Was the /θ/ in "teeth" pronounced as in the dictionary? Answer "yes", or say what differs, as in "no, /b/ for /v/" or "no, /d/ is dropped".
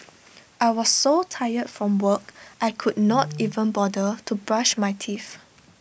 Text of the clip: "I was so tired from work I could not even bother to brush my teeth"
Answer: no, /f/ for /θ/